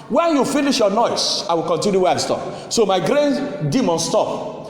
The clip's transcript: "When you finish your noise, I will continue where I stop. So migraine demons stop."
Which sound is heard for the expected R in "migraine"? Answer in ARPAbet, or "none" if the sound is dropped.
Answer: R